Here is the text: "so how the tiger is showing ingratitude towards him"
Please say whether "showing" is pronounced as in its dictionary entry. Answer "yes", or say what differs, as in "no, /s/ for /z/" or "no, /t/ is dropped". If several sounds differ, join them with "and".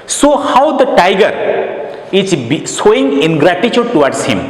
no, /s/ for /ʃ/